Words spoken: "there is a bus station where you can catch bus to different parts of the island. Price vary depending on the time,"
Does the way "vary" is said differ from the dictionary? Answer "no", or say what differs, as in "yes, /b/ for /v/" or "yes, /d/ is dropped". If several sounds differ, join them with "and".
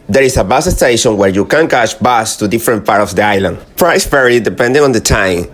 yes, /p/ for /v/